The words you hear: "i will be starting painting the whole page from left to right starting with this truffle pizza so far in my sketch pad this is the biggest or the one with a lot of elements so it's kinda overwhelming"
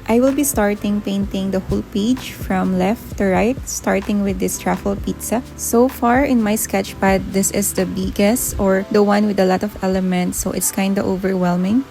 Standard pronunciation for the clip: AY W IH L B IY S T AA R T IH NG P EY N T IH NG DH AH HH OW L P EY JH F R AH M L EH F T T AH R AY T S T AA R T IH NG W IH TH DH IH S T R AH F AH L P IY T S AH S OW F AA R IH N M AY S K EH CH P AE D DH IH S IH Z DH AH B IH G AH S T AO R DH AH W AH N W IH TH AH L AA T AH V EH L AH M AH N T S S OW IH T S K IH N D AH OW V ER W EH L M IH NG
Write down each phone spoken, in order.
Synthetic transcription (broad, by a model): AY W IH L B IY S T AA R T IH NG P EY N T IH NG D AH HH OW L P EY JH F R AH M L EH F T T AH R AY T S T AA R T IH NG W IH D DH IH S T R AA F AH L P IY T S AH S OW F AA R IH N M AY S K EH CH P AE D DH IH S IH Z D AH B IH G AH S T AO R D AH W AH N W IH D AH L AA T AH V EH L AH M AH N T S S OW IH T S K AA N D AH OW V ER W EH L M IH NG